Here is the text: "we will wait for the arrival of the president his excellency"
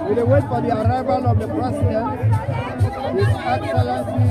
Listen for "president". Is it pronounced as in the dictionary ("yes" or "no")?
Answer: no